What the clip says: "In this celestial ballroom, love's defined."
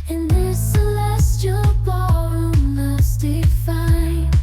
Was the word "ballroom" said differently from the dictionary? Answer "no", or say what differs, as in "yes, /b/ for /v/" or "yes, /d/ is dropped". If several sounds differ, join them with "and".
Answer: yes, /l/ is dropped